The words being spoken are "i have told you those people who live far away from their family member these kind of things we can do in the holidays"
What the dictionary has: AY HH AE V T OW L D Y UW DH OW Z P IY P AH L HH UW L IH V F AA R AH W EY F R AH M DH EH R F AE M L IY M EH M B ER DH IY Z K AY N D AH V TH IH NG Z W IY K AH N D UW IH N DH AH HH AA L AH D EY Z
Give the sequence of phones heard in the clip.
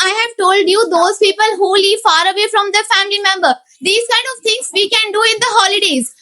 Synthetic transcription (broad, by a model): AY HH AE V T OW L D Y UW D OW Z P IY P AH L HH UW L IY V F AA R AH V EY F R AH M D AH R F AE M L IY M EH M B ER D IY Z K AY N D AH V T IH NG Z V IY K AH N D UW IH N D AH HH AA L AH D EY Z